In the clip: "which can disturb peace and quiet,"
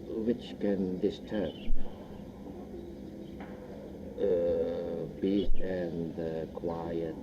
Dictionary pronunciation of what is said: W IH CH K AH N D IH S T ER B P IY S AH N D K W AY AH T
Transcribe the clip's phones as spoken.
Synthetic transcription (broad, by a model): W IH CH K AH N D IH S T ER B B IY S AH N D K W AY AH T